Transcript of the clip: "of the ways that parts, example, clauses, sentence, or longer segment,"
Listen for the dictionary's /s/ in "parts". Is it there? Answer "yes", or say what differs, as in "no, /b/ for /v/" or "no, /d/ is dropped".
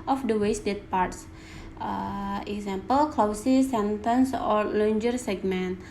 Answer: yes